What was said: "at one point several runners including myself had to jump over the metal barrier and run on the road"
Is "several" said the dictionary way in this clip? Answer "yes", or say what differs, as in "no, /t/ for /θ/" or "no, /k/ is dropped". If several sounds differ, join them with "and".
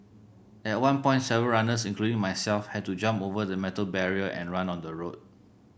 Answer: no, /ɹ/ is dropped